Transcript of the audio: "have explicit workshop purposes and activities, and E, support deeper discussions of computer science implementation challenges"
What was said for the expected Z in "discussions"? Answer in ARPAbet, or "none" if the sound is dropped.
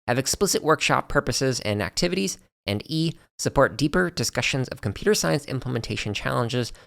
Z